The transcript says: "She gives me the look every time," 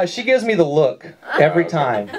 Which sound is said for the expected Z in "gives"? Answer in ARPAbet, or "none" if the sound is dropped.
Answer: Z